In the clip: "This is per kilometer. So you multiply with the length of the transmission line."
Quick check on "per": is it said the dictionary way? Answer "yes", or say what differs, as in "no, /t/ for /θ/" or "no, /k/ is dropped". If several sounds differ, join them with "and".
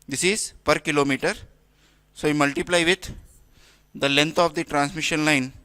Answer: yes